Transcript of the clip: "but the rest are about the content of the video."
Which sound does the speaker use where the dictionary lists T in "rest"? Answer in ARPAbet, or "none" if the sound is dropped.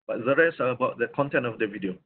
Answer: none